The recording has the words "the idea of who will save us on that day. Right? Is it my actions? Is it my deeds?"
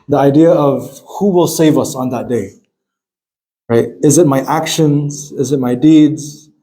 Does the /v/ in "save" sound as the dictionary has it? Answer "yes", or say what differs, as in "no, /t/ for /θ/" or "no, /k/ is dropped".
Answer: yes